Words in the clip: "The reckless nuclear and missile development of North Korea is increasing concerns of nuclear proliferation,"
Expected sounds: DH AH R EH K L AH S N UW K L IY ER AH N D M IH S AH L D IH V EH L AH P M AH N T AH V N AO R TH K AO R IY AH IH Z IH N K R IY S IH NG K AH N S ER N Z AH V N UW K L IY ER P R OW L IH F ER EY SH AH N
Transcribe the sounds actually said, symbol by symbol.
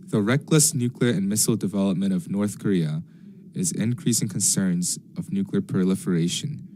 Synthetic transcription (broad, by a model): DH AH R EH K L AH S N UW K L IY ER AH N M IH S L D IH V EH L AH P M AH T AH V N AO R TH K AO R IY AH IH Z IH N K R IY S IH NG K AH N S ER N Z AH V N UW K L IY ER P R L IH F ER EY SH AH N